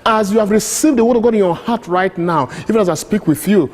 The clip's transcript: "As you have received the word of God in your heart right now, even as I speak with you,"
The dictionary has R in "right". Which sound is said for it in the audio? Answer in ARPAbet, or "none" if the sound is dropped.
R